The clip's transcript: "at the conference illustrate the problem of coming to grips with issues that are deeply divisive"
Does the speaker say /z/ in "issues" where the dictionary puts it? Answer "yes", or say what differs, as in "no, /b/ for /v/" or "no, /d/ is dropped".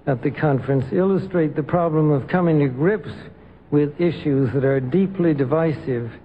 yes